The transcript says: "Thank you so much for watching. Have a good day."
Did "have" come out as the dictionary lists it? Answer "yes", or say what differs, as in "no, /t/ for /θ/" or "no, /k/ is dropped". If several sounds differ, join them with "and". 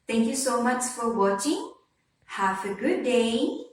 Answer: no, /f/ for /v/